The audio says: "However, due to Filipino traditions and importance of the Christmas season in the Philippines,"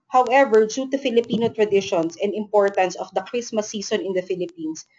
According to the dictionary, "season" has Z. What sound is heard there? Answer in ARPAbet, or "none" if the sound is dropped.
S